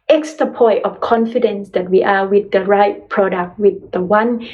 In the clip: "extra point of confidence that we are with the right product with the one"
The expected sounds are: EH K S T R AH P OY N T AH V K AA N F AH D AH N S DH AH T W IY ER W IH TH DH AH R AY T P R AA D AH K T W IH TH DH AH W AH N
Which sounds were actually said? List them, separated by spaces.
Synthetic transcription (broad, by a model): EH K S T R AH P OY T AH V K AA N F AH D AH N S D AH T W IY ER W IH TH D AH R AY T P R AA D AH K T W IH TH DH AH W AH N